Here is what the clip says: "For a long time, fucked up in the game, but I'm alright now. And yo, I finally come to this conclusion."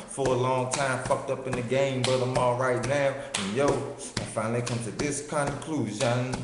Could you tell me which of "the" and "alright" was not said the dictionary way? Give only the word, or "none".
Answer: none